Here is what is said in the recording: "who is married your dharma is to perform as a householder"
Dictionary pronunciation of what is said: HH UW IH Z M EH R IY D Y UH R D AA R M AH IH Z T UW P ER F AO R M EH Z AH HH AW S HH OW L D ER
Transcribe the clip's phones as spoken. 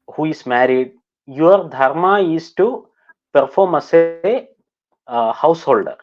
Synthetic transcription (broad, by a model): HH UW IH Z M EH R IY D Y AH R D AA R M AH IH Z T UW P ER F AO R M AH S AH HH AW S HH OW L D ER